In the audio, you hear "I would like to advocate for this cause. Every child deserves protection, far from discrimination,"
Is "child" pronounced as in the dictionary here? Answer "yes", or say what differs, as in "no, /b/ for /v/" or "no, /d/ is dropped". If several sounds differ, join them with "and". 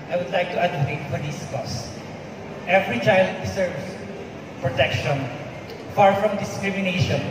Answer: yes